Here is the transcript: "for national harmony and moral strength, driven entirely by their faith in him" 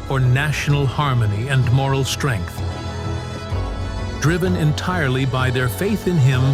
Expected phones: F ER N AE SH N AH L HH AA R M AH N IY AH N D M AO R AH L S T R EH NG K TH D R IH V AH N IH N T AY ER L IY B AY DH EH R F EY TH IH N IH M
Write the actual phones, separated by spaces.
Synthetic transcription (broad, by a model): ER N AE SH N L HH AA R M AH N IY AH N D M AO R L S T R EH NG K TH D R IH V AH N IH N T AY ER L IY B AY DH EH R F EY TH IH N IH M